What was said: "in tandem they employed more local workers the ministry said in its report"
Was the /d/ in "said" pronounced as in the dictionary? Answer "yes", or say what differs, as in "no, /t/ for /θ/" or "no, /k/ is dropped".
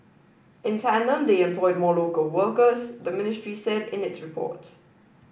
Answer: yes